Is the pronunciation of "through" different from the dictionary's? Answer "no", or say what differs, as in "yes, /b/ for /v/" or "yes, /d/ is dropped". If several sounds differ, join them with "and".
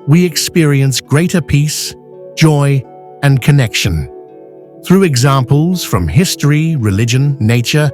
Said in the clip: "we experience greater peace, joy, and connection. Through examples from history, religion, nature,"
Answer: no